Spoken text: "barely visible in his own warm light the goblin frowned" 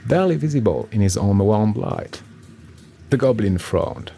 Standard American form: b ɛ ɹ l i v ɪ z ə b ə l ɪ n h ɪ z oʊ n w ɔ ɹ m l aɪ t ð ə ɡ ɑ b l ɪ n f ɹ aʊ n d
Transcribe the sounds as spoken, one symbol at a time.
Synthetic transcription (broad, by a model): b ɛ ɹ l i v ɪ z ə b ə l ɪ n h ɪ z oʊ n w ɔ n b l aɪ t ð ə ɡ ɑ b l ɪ n f ɹ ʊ n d